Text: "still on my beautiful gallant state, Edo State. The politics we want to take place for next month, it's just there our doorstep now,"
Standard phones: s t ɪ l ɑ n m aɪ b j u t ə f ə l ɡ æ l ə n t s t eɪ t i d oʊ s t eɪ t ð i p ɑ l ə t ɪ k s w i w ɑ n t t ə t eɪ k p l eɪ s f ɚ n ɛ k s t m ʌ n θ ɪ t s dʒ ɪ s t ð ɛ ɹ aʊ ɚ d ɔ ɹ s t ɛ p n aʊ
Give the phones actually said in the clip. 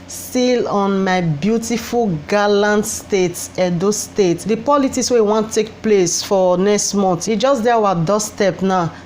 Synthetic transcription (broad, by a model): s t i l ɑ n m aɪ b j u t ə f ə l ɡ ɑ l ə n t s t eɪ t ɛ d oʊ s t eɪ t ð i p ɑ l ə t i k s w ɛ w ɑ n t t t eɪ k p l eɪ s f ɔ n ɛ k s t m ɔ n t dʒ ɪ s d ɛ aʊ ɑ d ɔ s t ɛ p n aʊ